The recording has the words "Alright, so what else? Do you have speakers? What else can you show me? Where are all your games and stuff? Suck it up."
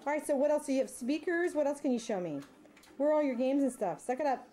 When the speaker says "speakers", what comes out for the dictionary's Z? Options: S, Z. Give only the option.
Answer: Z